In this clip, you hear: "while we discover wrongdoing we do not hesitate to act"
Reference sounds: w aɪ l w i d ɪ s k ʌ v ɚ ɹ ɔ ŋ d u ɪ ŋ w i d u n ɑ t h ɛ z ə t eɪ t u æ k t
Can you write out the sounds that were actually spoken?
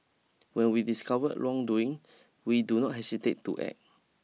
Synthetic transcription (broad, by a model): w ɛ n w i d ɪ s k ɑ v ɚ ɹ ɔ ŋ d u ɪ ŋ w i d u n ɑ t h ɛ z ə t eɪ t u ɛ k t